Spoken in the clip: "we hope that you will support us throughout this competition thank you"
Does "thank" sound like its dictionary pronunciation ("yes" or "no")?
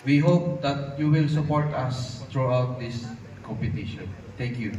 no